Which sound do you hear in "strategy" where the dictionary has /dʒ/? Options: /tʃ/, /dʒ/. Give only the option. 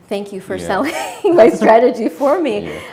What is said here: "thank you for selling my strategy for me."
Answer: /dʒ/